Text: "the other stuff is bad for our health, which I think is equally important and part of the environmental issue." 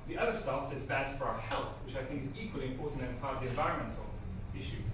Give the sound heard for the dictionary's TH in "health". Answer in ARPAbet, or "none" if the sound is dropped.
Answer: TH